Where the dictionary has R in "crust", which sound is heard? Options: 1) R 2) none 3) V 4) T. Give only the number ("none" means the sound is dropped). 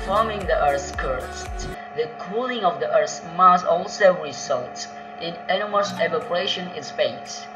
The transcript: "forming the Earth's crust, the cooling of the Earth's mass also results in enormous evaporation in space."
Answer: 2